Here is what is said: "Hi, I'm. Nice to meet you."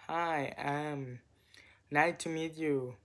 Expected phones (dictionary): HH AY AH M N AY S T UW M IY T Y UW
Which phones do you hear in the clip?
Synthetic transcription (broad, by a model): HH AY AH M N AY T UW M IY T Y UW